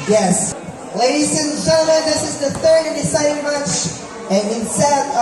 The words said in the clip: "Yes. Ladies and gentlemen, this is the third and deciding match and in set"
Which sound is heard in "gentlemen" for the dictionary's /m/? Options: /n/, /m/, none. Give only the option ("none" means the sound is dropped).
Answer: none